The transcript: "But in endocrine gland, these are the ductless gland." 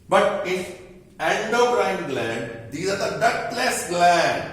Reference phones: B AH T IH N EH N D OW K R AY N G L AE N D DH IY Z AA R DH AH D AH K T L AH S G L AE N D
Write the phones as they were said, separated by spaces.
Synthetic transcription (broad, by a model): B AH T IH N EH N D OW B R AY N G L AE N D IY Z AA R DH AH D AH T L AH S G L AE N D